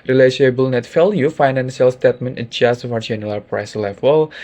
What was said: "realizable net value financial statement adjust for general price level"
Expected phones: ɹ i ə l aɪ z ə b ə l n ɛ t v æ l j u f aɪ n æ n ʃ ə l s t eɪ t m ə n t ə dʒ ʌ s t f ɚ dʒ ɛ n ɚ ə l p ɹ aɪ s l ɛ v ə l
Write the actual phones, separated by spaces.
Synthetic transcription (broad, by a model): ɹ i l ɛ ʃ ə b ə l n ɛ t f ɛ l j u f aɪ n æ n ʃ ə l s t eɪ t m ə n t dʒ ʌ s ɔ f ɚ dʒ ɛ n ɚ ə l p ɹ aɪ s l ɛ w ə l